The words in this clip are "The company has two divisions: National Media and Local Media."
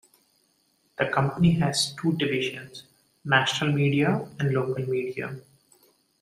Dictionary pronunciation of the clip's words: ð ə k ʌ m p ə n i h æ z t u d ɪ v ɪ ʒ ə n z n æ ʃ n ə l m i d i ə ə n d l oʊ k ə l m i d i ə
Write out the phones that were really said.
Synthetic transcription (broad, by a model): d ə k ʌ m p ə n i h æ z t u d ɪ v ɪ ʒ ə n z n æ ʃ n ə l m i d i ə ə n d l oʊ k ə l m i d i ə